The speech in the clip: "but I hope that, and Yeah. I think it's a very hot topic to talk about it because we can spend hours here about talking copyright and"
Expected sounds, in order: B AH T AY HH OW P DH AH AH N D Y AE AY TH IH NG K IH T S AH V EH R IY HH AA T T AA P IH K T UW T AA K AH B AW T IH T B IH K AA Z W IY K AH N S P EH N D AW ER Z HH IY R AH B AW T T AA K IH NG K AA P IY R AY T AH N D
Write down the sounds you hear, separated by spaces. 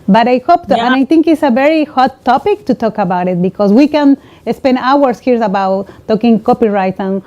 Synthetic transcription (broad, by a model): B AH T AY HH OW P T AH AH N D AY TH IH NG K IH T S AH V EH R IY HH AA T T AA P IH K T UW T AA K AH B AW T IH T B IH K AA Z W IY K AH N S P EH N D AW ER S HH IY R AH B AW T T AA K IH NG K AA P IY R AY T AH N